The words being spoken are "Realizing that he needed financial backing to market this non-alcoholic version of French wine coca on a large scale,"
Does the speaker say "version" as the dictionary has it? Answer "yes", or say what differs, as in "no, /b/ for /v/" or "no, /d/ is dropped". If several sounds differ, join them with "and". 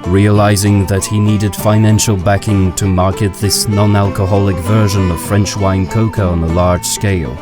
yes